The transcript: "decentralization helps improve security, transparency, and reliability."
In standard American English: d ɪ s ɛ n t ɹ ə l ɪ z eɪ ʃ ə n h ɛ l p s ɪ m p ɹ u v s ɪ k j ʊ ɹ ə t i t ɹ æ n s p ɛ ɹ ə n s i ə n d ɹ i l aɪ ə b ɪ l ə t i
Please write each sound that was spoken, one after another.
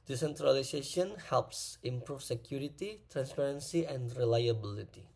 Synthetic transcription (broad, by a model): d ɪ s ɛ n t ɹ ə l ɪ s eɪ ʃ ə n h ɛ l p s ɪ m p ɹ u f s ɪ k j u ɹ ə t i t ɹ æ n s p ɛ ɹ ə n s i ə n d ɹ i l aɪ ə b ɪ l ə t i